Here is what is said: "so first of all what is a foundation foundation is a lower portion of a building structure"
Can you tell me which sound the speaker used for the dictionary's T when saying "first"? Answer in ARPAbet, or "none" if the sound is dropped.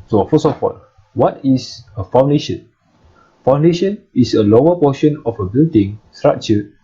none